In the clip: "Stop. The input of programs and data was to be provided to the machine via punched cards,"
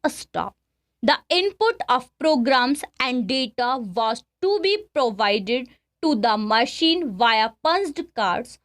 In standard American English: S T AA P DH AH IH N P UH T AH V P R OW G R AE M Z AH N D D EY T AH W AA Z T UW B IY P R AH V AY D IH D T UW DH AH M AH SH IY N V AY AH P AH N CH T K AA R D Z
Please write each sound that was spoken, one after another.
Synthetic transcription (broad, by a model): S T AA P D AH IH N P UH T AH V P R OW G R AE M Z AH N D D EY T AH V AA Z T UW B IY P R AH V AY D IH D T UW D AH M AH SH IY N V AY AH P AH N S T K AA R D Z